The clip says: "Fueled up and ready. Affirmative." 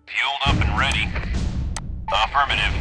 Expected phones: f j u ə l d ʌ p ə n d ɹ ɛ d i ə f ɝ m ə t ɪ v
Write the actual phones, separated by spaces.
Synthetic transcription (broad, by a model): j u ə l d ʌ p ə n ɹ ɛ d i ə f ɝ m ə t ɪ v